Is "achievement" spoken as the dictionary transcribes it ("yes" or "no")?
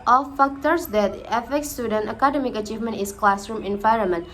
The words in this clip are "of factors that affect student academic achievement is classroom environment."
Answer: yes